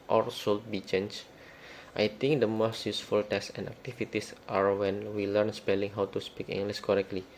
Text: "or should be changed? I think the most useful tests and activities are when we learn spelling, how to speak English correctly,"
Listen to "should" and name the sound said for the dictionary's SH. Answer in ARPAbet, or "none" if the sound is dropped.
S